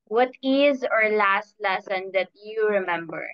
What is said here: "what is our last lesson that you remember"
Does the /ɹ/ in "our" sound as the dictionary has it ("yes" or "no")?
yes